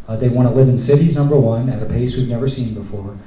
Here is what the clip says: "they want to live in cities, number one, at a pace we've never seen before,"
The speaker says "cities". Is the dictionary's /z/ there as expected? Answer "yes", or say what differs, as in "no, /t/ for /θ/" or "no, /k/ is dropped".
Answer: yes